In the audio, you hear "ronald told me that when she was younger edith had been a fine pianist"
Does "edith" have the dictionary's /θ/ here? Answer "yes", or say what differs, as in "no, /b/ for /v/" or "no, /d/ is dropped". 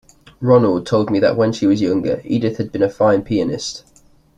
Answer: yes